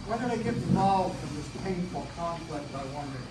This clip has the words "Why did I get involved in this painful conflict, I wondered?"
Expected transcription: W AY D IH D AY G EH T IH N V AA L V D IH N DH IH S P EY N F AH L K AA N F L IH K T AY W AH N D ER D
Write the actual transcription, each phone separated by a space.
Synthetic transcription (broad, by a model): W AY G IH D AY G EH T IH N AA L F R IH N DH IH S P EY N F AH L K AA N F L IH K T AY W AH N D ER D